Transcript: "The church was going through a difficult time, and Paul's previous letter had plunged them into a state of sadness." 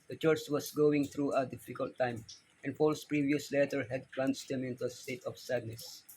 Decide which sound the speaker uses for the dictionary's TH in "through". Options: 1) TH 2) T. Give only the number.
2